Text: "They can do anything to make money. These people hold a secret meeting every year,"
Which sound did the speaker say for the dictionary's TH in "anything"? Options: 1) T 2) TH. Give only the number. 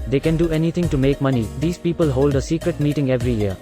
1